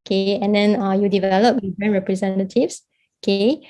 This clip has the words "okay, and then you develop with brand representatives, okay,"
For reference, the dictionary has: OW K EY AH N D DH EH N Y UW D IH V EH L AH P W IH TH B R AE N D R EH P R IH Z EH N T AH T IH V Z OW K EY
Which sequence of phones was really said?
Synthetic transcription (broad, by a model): K EY AH N D EH N Y UW D IH V EH L AH P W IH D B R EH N R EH P R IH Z EH N T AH T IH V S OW K EY